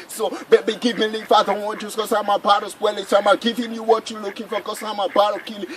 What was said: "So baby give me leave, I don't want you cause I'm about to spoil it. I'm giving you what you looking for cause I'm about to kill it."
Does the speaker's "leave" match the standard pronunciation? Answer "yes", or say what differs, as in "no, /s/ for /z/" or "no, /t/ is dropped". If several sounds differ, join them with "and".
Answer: no, /f/ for /v/